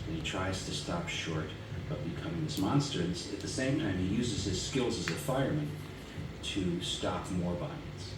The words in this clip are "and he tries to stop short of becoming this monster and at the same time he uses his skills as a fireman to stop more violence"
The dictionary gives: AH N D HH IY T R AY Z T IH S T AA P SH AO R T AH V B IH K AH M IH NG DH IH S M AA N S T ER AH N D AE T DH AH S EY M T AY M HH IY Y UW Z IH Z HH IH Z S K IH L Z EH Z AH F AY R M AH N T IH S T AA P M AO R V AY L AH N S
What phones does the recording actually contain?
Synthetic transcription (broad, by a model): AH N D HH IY T R AY Z T IH S T AA P SH AO R T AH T B IH K AH M IH NG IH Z M AA N S T ER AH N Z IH T DH AH S EY M T AY M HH IY Y UW Z IH Z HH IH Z S K IH L Z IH Z AH F AY R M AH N T IH S T AA P M AO R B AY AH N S